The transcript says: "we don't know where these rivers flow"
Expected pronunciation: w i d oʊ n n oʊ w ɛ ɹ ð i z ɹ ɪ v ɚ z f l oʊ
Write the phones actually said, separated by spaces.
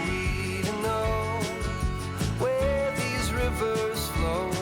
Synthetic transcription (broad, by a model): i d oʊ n n oʊ w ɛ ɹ ð i z ɹ ɪ v ɚ z f l oʊ